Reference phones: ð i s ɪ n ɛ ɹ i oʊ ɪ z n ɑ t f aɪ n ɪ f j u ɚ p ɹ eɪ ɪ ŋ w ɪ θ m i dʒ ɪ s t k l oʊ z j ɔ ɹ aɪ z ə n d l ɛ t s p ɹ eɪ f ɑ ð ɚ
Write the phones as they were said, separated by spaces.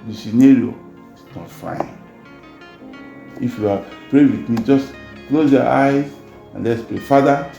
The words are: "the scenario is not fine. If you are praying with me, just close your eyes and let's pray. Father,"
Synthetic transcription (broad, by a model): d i s ɪ n ɛ ɹ i oʊ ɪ s n ɑ t f aɪ n ɪ f j u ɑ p ɹ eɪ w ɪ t m i dʒ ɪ s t k l oʊ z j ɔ aɪ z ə n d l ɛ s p eɪ f ɑ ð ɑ